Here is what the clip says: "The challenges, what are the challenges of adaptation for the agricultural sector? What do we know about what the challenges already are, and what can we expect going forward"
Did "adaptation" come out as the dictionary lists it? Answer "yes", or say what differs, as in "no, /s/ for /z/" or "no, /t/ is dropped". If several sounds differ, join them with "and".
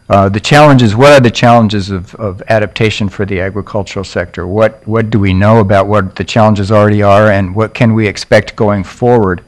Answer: yes